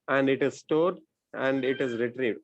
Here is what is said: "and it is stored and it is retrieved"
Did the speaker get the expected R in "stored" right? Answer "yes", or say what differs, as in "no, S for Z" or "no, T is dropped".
yes